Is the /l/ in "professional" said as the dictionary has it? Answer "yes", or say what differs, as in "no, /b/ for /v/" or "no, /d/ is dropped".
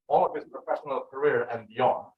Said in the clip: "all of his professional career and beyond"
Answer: yes